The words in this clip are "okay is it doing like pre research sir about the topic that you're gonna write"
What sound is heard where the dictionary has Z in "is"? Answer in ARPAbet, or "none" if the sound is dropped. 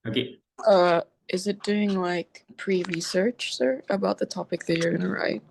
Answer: Z